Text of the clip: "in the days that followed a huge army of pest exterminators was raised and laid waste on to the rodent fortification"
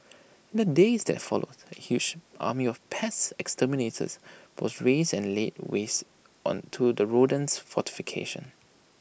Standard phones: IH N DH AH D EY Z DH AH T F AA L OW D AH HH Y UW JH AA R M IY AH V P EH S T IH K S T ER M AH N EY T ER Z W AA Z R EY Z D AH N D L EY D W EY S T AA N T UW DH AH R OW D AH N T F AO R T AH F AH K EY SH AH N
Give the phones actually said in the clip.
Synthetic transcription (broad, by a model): IH N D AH D EY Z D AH T F AA L OW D AH HH Y UW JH AA M IY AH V P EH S IH K S T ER M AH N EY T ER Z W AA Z R EY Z AH N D L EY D W EY S T AA N T UW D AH R OW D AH N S F AO T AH F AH K EY SH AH N